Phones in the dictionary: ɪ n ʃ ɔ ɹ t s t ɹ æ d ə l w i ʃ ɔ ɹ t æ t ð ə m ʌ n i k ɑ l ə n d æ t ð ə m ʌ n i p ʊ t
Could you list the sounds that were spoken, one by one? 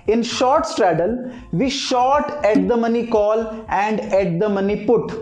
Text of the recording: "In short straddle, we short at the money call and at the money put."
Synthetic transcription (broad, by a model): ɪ n ʃ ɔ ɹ t s t ɹ æ d ə l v i ʃ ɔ t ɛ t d ə m ʌ n i k ɑ l ə n d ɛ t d ə m ʌ n i p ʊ t